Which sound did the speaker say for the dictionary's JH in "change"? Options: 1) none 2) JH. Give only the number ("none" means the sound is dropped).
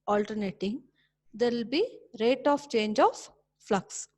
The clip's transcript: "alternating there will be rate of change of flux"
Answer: 2